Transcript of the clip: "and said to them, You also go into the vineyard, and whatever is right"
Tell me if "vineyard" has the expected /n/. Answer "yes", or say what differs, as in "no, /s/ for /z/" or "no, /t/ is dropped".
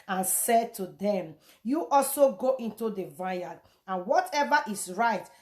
no, /n/ is dropped